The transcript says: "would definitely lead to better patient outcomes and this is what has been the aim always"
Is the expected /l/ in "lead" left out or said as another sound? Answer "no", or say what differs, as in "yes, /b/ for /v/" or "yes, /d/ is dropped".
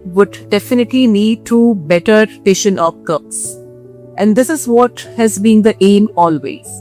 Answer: yes, /n/ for /l/